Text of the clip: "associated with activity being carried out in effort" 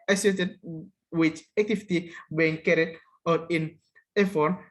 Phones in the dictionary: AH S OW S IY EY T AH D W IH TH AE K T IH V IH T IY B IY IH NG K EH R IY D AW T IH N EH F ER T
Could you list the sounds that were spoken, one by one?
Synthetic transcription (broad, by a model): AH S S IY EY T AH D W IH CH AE T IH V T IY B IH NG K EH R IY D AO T IH N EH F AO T